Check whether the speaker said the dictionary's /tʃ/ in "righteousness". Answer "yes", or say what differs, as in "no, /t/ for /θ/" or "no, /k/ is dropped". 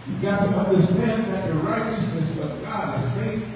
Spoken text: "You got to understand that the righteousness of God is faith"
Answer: yes